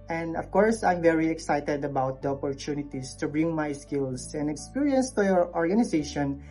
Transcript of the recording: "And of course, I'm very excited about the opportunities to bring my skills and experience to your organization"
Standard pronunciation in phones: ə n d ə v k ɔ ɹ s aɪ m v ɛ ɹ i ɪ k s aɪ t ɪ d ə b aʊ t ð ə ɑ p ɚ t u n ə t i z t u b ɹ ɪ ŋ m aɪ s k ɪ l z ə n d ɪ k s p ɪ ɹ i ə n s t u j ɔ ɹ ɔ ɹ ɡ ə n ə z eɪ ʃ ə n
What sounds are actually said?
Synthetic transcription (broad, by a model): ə n d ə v k ɔ ɹ s aɪ m v ɛ ɹ i ɪ k s aɪ t ɪ d ə b aʊ t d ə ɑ p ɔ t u n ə t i s t u b ɹ ɪ ŋ m aɪ s k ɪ l s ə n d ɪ k s p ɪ ɹ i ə n s t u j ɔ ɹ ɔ ɹ ɡ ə n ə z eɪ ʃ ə n